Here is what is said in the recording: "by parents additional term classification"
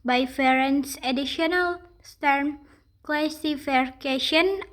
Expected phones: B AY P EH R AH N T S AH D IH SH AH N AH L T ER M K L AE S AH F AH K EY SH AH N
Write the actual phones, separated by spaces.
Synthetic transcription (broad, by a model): B AY F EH R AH N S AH D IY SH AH N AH L T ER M K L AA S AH F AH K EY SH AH N